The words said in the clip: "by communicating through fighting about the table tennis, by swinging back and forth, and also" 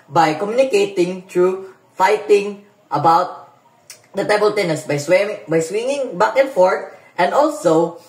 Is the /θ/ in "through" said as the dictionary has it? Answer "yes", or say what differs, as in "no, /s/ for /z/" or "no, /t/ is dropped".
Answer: no, /t/ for /θ/